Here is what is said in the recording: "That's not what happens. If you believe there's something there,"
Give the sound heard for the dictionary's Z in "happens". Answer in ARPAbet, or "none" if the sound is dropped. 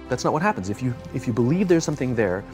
Z